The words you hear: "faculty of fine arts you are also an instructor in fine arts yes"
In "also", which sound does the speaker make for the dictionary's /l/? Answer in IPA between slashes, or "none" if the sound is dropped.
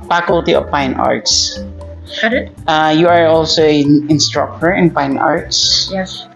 /l/